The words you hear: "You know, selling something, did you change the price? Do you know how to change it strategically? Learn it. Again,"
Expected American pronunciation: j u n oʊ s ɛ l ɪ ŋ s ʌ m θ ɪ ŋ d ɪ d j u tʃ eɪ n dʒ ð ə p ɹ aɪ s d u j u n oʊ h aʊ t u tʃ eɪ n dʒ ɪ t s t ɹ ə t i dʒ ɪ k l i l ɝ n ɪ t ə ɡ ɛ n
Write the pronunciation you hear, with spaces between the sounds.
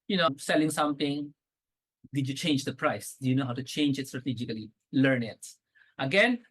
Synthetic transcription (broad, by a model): j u n oʊ s ɛ l ɪ ŋ s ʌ m t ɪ ŋ d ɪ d j u tʃ eɪ n dʒ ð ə p ɹ aɪ s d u j u n oʊ h aʊ t u tʃ eɪ n dʒ ɪ t s t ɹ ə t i dʒ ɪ k l i l ɝ n ɪ t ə ɡ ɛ n